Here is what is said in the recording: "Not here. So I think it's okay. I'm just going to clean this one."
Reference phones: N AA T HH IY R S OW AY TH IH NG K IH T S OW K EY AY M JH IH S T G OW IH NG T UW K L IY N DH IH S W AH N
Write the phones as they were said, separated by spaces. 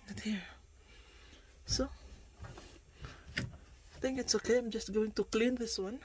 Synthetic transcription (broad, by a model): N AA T HH IY R S OW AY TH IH NG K IH T S OW K EY AY M JH IH S T G OW IH NG T UW K L IY N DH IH S W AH N